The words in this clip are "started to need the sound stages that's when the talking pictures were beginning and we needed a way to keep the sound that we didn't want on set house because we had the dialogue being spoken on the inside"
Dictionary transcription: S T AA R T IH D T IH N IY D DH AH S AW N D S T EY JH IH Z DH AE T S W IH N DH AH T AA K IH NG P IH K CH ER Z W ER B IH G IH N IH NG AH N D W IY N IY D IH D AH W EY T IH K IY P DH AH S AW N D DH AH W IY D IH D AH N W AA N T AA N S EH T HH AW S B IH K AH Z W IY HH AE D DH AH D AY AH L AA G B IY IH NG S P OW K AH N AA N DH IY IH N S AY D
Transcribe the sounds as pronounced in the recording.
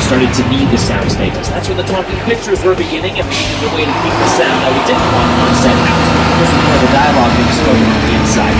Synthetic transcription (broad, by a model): S T AA R T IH D T IH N IY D DH AH S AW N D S T EY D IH S DH AE T S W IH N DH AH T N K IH P IH K CH ER Z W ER B IH G IH N IH NG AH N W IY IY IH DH AH W EY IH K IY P DH AH S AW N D DH AH W IY D IH D N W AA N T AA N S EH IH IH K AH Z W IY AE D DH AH D AY AH L AA G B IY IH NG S OW AH IH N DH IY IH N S AY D